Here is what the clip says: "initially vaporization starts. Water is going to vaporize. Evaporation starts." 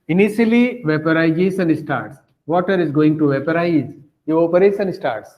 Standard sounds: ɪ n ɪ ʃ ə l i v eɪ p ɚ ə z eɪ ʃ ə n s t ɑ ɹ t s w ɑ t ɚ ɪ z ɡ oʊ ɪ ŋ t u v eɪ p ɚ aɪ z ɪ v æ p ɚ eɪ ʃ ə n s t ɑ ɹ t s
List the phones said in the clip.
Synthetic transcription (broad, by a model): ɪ n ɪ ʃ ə l i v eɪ p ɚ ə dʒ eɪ s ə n s t ɑ ɹ t s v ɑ t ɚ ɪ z ɡ oʊ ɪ ŋ t u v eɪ p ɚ aɪ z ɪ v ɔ p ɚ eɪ s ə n s t ɑ ɹ t s